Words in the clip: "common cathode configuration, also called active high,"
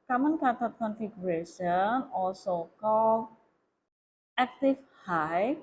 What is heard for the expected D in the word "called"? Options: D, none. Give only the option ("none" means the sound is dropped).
none